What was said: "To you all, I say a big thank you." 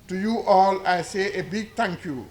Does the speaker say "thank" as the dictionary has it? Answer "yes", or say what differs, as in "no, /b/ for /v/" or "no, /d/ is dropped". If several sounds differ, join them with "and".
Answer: no, /t/ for /θ/